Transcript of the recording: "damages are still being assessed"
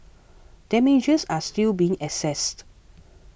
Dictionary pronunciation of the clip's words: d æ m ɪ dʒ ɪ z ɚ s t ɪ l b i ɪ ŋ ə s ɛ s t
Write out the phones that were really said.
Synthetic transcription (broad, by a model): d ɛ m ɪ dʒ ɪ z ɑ s t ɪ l b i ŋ ə s ɛ s t